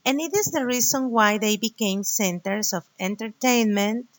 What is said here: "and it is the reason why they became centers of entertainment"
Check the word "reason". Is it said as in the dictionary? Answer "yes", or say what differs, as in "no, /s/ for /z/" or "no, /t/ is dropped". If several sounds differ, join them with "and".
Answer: no, /s/ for /z/